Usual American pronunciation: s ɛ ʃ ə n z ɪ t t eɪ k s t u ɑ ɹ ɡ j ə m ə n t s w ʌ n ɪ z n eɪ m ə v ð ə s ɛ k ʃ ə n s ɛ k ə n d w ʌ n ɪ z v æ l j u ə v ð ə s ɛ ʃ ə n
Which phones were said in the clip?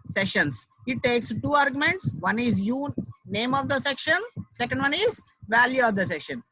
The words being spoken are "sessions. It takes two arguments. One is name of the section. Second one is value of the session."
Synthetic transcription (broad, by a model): s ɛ ʃ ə n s ɪ t t eɪ k s t u ɑ ɹ ɡ j ə m ə n t s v ʌ n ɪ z n eɪ m ə v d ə s ɛ k ʃ ə n s ɛ k ə n d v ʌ n ɪ z v æ l j u ə v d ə s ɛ ʃ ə n